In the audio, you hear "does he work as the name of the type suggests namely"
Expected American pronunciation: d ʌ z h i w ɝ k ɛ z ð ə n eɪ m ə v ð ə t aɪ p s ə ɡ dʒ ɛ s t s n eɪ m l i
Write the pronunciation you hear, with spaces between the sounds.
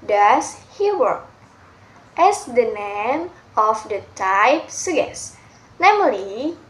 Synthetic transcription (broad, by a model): d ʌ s h i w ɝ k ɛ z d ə n eɪ m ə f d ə t aɪ p s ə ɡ ɛ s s n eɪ m l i